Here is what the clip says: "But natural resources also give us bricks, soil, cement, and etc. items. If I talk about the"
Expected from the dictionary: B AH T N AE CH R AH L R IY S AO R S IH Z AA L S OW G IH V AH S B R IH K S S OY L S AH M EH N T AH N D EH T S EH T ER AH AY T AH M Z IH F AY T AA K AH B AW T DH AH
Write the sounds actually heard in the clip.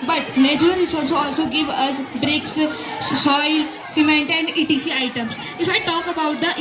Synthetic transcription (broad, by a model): B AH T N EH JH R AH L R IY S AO L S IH AA L S OW G IH V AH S B R IH K S S OY L S AH M EH N T AH N D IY T IY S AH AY T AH M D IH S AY T AA K AH B AW T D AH